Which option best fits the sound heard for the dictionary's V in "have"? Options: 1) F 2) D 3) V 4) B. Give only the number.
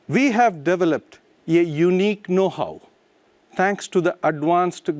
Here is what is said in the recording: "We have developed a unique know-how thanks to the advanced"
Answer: 3